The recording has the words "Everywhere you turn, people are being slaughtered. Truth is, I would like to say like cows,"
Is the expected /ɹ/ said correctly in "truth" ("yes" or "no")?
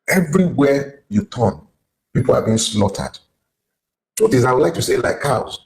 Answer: no